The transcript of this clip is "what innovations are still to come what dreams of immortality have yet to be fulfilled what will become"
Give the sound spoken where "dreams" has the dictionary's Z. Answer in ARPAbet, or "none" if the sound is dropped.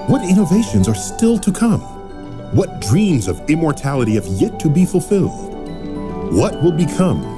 Z